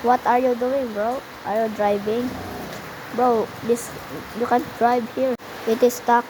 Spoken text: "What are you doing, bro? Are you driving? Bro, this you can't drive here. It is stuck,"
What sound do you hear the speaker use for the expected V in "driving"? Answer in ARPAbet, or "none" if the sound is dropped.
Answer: B